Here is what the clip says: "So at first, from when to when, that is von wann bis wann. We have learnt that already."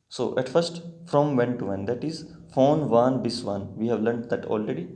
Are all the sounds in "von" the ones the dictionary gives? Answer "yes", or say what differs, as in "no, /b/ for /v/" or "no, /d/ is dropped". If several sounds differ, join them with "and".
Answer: no, /f/ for /v/